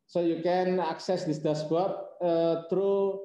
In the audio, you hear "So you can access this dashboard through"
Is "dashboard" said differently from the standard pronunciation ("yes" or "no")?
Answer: yes